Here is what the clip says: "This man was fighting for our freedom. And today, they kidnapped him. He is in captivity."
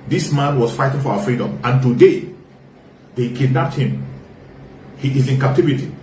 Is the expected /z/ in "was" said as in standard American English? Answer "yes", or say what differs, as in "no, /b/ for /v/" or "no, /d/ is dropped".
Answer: no, /s/ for /z/